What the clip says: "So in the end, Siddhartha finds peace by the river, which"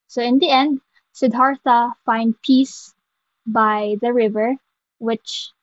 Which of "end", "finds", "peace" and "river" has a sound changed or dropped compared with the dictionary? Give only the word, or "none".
finds